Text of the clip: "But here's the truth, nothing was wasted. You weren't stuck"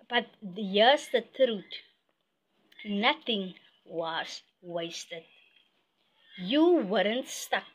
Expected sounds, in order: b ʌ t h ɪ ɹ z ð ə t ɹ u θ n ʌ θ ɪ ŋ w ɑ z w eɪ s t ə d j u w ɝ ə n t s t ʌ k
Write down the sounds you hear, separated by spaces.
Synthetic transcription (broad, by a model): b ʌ t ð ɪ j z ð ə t ɹ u t n ʌ θ ɪ ŋ w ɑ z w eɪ s t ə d j u w ɝ ə n t s t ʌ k